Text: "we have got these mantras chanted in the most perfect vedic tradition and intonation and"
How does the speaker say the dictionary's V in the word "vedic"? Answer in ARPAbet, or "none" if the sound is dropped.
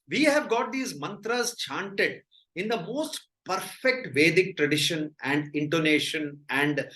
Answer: V